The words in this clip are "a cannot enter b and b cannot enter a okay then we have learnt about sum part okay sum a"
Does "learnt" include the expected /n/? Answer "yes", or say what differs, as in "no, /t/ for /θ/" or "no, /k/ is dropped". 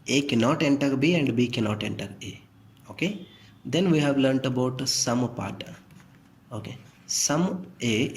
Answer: yes